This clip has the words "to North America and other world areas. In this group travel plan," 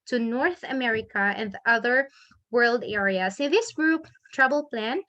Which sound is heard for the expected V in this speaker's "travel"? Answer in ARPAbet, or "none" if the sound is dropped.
B